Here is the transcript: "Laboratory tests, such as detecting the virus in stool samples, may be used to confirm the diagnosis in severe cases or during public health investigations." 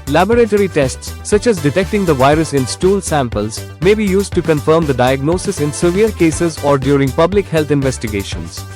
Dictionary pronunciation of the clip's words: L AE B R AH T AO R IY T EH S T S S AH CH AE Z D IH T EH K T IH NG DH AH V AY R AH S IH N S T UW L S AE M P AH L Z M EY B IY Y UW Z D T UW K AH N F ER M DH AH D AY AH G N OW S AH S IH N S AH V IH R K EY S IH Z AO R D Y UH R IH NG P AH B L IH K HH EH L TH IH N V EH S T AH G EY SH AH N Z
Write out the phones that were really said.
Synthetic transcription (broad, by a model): L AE B R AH T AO R IY T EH S T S S AH CH AE Z D IH T EH K T IH NG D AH V AY R AH S IH N S T UW L S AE M P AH L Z M EY B IY Y UW Z D T UW K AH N F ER M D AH D AY AH G N OW S AH S IH N S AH V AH R K EY S IH Z AO R D Y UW R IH NG P AH B L IH K HH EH L T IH N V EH S T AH G EY SH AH N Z